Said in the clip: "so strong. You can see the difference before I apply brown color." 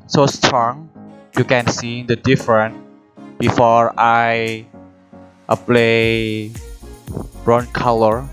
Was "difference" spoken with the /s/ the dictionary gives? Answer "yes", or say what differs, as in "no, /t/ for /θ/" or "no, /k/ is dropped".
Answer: no, /s/ is dropped